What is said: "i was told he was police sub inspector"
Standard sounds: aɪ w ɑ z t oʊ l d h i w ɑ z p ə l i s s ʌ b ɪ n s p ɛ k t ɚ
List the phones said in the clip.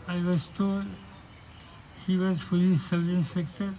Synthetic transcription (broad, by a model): aɪ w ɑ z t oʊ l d h i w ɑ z f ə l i s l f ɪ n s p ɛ k t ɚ